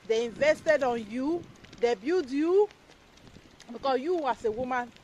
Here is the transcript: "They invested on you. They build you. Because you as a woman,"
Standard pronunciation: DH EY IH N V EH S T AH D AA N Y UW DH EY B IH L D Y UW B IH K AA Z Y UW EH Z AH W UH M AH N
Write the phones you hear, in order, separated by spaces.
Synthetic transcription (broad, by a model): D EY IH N V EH S T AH D AA N Y UW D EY B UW D Y UW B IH K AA S Y UW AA S AH W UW M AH N